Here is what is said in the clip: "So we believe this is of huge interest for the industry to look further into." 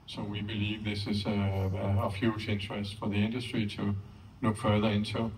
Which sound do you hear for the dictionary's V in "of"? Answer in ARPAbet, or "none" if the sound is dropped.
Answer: F